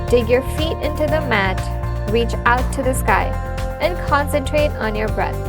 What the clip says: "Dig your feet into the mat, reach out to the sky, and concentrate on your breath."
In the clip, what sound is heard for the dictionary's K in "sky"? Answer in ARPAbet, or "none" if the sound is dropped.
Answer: K